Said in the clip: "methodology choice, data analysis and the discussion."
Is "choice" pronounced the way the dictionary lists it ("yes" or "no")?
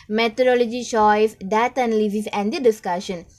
no